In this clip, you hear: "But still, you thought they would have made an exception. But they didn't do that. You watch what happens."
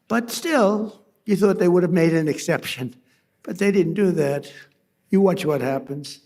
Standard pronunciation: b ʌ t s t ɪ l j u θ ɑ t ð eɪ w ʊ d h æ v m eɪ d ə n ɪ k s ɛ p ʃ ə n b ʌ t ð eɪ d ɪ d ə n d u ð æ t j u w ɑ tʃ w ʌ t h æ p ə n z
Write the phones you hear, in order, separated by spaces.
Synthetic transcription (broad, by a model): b ʌ t s t ɪ l j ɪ θ ɑ t ð eɪ w ʊ d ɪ v m eɪ d ə n ɪ k s ɛ p ʃ ə n b ʌ t ð eɪ d ɪ d n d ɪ ð æ t j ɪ w ɑ tʃ w ʌ t h æ p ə n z